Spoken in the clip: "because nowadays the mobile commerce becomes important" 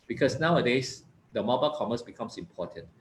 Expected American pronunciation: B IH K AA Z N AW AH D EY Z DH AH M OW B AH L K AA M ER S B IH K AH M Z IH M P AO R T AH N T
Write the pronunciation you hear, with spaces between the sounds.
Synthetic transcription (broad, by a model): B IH K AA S N AW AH D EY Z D AH M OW B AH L K AA M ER S B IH K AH M S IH M P AO T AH N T